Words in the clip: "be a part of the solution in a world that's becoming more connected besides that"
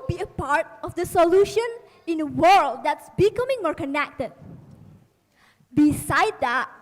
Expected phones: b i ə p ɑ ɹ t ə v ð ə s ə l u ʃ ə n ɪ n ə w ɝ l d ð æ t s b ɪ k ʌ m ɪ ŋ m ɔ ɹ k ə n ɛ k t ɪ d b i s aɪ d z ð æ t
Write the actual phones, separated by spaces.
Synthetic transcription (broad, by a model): b i ə p ɑ ɹ t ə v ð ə s ə l u ʃ ə n ɪ n ə w ɝ l d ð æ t s b ɪ k ʌ m ɪ ŋ m ɔ ɹ k ə n ɛ k t ɪ d b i s aɪ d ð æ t